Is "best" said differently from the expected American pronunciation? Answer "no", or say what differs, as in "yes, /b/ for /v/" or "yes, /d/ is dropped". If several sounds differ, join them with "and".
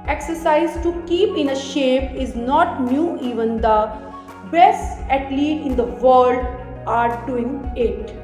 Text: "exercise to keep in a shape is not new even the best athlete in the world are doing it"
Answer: yes, /t/ is dropped